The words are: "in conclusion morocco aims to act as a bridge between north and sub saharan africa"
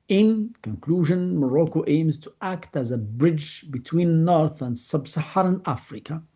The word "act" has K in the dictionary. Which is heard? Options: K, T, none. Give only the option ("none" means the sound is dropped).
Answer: K